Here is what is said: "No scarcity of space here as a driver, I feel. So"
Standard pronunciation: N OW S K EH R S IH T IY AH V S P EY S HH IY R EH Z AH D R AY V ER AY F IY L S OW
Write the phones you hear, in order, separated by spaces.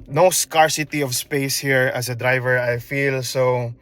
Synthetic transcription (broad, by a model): N OW S K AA R S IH T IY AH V S P EY S HH IY R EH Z AH D R AY V ER AY F IY L S OW